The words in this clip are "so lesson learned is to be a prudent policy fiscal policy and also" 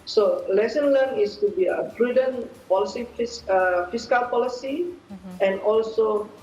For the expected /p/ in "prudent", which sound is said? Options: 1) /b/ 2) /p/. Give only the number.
1